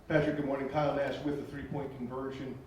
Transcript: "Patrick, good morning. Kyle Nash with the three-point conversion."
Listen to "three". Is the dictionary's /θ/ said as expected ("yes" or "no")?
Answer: yes